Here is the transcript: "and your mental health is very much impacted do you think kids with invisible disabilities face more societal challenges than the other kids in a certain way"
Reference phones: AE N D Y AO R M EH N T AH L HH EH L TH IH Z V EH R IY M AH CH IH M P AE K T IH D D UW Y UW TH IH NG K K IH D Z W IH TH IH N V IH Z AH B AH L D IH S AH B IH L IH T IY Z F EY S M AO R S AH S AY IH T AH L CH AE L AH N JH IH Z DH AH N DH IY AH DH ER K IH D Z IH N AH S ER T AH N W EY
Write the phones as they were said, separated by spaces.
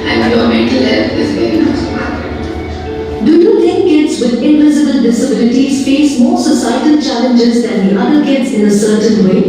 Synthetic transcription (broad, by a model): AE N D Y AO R M EH N T AH L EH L F IH Z V EH R IY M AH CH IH P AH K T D D UW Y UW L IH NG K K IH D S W IH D IH N V IH Z AH B AH L D IH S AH B IH L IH T IY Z F EY S M AO R S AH S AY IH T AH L CH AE L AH N JH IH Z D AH N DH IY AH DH ER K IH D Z IH N AH S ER T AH N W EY